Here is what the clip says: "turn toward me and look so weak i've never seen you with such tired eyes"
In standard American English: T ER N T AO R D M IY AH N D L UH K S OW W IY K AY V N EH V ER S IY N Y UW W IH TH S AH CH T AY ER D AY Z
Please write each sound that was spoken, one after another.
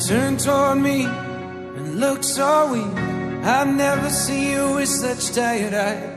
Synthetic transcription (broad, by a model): T ER N T AO R D M IY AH N L UH K S OW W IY AY V N EH V ER S IY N Y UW W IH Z S AH CH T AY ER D AY